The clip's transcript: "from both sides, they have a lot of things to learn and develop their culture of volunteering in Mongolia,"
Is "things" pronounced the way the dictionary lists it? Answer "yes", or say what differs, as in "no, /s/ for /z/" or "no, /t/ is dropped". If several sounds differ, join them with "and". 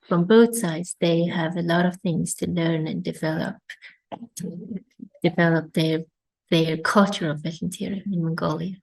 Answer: yes